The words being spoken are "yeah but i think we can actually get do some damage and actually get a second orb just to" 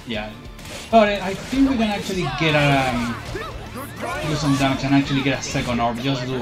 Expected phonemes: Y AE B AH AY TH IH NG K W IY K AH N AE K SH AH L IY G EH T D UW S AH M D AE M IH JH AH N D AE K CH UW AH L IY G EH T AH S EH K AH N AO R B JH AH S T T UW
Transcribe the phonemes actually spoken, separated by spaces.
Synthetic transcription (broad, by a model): Y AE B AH AY TH IH NG K W IY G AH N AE K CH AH L IY G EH T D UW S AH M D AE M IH CH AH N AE K CH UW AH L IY G EH T AH S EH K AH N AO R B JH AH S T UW